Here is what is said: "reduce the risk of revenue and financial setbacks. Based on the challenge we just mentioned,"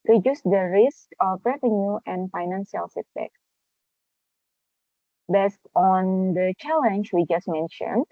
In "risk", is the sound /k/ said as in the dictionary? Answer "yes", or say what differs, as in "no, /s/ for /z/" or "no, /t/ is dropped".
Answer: yes